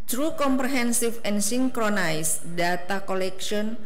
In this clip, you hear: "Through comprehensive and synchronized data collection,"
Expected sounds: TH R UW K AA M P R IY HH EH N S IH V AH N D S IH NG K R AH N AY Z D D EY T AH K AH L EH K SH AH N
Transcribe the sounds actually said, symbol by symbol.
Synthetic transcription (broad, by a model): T R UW K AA M P R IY HH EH N S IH F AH N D S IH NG K R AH N AY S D D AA T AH K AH L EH K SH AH N